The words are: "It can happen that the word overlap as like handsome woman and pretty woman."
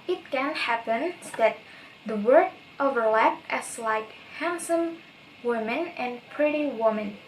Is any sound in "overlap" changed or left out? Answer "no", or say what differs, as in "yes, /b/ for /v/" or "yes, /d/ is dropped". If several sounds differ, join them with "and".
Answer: no